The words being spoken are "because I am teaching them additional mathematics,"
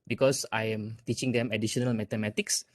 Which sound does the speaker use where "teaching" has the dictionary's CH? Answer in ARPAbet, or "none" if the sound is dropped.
CH